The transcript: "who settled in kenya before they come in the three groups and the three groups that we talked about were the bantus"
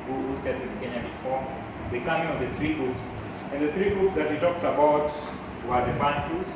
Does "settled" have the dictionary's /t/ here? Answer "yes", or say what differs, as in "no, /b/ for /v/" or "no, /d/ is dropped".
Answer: no, /s/ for /t/